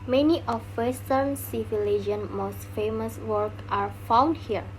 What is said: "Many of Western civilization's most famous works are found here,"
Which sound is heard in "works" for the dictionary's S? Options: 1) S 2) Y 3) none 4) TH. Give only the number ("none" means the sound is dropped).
3